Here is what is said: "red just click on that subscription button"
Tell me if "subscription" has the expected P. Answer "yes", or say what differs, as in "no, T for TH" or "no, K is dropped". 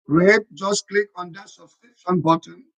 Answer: no, P is dropped